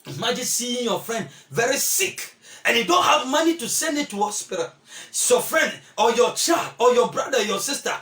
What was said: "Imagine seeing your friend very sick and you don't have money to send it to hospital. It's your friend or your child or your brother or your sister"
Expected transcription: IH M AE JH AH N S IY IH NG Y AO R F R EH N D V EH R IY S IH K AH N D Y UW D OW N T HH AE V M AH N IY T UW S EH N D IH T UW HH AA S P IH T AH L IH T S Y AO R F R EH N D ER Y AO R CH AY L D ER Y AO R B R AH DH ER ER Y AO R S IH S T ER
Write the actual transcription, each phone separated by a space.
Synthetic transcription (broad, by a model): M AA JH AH S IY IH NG Y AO F R EH N D V EH R IY S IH K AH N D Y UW D OW N T HH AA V M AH N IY T UW S EH N D IH T UW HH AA S P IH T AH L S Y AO F R EH N D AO Y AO CH AY L D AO Y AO B R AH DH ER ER Y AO S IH S T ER